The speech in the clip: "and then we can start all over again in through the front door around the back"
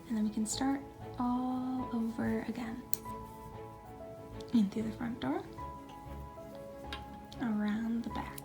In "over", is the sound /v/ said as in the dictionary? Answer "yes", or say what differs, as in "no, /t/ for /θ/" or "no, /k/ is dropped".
yes